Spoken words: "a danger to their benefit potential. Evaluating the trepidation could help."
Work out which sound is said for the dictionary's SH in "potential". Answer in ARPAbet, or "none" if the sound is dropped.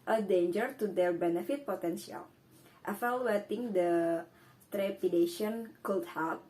S